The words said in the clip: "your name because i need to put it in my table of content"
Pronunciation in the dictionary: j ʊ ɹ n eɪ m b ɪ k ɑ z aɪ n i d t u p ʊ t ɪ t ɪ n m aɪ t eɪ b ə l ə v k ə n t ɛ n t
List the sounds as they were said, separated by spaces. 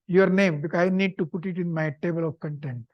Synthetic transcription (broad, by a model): j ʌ ɹ n eɪ m b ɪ k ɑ ɪ n i d t u p ʊ t ɪ t ɪ n m aɪ t eɪ b ə l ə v k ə n t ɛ n t